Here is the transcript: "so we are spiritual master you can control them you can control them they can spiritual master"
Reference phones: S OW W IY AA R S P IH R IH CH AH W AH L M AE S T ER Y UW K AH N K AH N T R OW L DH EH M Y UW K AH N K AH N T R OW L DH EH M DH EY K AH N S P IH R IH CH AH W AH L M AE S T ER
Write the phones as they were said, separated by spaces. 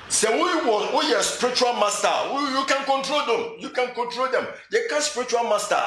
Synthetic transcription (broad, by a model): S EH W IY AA W S P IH R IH CH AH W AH L M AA S T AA Y UW K AH N K AH N T R OW L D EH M Y UW K AH N K AH N T R OW L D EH M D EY K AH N S P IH R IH CH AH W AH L M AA S T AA